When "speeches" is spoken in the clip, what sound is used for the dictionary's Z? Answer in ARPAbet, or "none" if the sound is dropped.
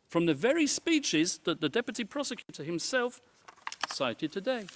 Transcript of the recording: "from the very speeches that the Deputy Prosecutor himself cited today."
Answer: Z